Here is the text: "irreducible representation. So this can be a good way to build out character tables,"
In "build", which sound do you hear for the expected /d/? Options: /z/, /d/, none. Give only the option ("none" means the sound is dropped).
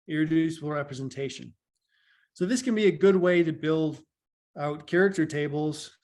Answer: /d/